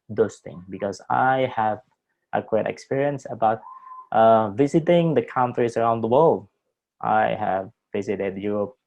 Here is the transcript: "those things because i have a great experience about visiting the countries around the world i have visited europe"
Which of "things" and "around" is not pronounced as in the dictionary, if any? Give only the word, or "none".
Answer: things